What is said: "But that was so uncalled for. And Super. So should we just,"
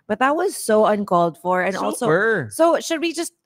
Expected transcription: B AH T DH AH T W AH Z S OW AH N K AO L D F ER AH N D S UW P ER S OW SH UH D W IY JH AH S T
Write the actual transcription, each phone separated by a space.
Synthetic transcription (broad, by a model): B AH T DH AH T W AH Z S OW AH N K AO L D F ER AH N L S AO UH S OW SH UH D W IY JH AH S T